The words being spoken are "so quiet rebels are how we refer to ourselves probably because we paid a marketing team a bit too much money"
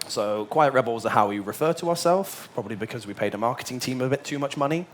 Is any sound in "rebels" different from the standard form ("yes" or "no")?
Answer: no